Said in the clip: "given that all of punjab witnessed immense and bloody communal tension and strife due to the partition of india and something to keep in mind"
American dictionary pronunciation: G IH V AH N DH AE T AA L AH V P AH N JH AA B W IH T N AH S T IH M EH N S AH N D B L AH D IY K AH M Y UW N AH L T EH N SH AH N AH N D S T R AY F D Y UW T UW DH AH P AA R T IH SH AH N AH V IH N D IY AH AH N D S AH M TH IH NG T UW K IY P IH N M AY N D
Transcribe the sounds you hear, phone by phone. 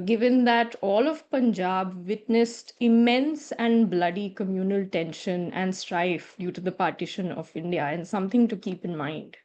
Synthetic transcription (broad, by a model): G IH V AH N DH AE T AA L AH V P AH N JH AA B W IH T N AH S T IH M EH N S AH N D B L AH D IY K AH M Y UW N AH L T EH N SH AH N AH N D S T R AY F D Y UW T UW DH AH P AA R T IH SH AH N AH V IH N D IY AH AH N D S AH M T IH NG T UW K IY P IH N M AY N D